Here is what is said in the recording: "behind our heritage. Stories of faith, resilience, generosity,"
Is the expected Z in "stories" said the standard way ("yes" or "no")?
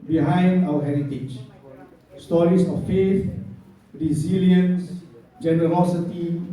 no